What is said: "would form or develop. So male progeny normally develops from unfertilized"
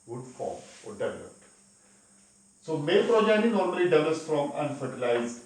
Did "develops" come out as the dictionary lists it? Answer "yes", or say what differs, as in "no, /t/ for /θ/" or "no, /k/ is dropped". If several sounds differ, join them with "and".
no, /p/ is dropped